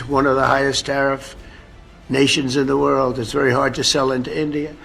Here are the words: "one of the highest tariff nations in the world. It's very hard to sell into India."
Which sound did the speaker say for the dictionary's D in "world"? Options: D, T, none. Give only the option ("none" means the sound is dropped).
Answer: D